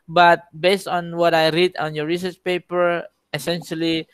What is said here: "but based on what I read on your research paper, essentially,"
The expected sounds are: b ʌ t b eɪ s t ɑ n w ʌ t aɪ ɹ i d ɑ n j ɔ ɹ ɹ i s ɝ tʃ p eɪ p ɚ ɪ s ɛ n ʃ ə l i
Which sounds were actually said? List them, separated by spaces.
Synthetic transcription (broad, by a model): b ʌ t b eɪ s t ɑ n w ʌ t aɪ ɹ i d ɑ n j ɔ ɹ ɹ i s ɝ tʃ p eɪ p ɚ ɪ s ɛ n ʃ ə l i